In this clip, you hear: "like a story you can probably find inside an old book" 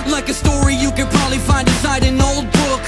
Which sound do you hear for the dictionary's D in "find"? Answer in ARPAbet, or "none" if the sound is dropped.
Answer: D